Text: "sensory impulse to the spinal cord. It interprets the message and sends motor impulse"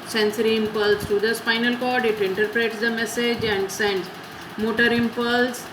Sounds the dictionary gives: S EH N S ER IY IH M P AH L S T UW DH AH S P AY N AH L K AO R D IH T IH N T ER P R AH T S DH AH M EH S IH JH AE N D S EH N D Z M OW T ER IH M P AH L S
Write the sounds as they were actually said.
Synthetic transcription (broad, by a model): S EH N S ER IY IH M P AH L S T UW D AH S F AY N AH L K AO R D IH T IH N T ER P R AH T S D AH M EH S IH JH AE N D S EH N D M OW T ER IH M P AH L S